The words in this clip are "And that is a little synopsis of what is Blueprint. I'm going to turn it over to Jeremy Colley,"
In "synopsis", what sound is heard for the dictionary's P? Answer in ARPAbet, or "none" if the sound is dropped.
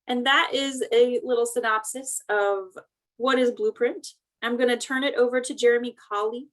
P